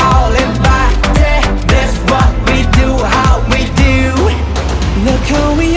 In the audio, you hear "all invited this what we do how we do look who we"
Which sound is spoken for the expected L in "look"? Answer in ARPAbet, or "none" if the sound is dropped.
N